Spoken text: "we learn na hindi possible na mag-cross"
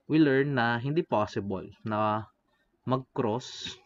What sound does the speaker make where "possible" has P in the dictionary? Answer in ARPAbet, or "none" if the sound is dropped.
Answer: P